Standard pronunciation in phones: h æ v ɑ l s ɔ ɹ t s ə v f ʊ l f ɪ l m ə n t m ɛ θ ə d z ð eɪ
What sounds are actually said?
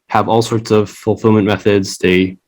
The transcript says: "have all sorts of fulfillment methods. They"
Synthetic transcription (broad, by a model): h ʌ v ɑ l s ɔ ɹ t s ə v f l f ɪ l m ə n m ɛ θ ə d z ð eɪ